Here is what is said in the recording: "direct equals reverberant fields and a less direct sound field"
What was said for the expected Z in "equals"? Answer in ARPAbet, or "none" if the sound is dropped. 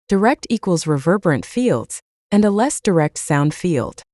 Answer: Z